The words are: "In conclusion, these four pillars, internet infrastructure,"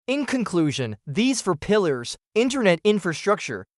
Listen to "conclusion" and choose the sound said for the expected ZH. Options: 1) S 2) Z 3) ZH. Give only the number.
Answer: 3